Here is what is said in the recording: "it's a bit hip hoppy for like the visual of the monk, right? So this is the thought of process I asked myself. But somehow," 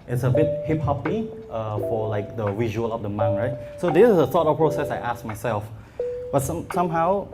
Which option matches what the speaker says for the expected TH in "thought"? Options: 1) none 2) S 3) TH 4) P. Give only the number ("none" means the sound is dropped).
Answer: 2